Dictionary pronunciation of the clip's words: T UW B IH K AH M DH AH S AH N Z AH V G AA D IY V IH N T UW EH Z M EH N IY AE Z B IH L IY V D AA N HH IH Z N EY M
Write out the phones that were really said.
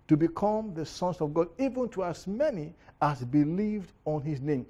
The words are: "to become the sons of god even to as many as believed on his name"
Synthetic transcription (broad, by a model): T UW B IH K AH M DH AH S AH N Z AH V G AA D IY V IH N T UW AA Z M EH N IY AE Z B IH L IY V D AA N HH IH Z N EY M